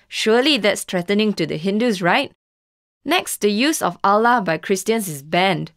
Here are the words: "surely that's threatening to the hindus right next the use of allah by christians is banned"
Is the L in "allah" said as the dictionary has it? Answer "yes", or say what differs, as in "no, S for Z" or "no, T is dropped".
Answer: yes